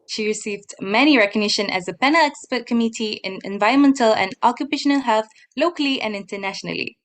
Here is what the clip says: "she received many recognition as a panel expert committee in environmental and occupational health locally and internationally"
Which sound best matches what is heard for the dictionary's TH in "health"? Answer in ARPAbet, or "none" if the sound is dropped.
TH